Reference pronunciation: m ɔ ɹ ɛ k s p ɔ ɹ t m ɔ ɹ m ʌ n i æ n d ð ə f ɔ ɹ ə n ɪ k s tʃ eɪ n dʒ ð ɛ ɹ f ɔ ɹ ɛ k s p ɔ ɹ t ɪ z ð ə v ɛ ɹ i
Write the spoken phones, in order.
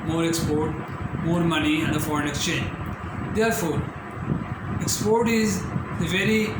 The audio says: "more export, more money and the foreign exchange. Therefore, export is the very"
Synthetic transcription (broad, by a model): m ɔ ɹ ɛ k s p ɔ ɹ t m ɔ ɹ m ʌ n i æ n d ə f ɔ ɹ ə n ɪ k s tʃ eɪ n dʒ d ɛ ɹ f ɔ ɹ ɛ k s p ɔ ɹ t ɪ z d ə v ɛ ɹ i